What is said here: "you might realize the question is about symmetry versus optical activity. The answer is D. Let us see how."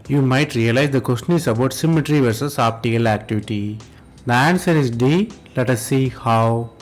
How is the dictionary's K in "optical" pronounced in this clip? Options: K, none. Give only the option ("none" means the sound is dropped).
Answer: none